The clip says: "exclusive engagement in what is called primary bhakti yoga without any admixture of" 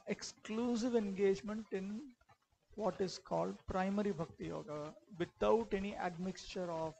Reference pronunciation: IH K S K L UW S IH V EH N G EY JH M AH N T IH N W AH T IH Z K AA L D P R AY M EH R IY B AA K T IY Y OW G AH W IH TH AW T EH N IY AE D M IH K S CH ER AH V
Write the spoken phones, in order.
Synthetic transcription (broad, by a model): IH K S K L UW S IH V EH N G EY JH M AH N T IH N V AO T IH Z K AA L D P R AY M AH R IY B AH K T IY Y OW G AH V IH T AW T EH N IY AE D M IH K S CH ER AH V